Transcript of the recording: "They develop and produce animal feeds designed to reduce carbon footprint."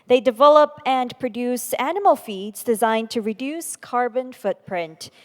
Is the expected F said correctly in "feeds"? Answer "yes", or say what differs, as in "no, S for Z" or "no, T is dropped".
yes